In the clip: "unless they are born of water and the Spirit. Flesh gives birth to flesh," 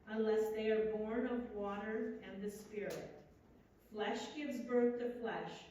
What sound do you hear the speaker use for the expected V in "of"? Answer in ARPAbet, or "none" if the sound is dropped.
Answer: V